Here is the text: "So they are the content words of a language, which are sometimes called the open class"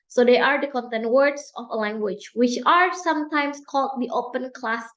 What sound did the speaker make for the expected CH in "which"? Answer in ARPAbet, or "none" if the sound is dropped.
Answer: CH